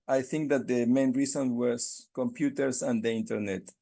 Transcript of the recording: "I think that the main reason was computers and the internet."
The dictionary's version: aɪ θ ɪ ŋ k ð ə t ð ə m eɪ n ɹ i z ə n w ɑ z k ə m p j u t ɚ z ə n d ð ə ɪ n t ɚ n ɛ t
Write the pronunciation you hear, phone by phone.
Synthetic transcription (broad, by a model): aɪ θ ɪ ŋ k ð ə t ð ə m eɪ n ɹ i s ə n w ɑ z k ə m p j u t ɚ s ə n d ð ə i n t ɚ n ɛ t